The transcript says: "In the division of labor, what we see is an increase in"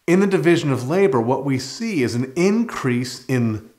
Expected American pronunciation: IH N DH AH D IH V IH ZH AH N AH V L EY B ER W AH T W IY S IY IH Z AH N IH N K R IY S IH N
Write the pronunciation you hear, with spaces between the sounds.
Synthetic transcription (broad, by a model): IH N DH AH D IH V IH ZH AH N AH V L EY B ER W AH T W IY S IY IH Z N IH N K R IY S IH N